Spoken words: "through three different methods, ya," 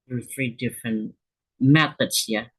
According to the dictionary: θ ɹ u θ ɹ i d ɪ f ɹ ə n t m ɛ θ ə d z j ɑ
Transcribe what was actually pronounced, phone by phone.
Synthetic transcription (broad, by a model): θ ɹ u θ ɹ i d ɪ f ɹ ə n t m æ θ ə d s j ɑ